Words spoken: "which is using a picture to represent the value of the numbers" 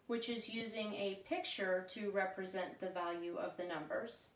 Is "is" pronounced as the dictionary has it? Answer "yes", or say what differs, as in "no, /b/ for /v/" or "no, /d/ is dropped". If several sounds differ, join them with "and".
yes